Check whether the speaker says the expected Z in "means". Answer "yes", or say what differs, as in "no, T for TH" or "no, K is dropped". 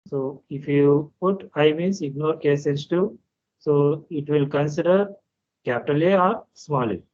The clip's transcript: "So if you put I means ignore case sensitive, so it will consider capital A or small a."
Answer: no, S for Z